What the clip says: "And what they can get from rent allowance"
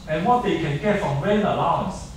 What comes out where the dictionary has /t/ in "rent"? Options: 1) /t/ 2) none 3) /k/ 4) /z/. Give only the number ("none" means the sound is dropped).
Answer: 2